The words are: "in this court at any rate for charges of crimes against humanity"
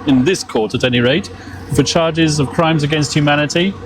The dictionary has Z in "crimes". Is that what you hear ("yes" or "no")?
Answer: yes